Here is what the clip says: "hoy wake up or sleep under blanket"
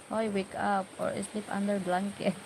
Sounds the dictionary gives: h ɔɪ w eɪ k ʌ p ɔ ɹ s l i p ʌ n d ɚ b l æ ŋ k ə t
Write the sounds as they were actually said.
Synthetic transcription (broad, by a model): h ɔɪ w eɪ k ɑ p ɔ ɹ s l i p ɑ n d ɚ b l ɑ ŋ k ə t